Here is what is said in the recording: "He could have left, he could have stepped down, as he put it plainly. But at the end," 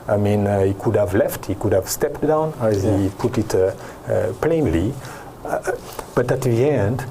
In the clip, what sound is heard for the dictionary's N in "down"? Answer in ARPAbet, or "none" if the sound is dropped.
N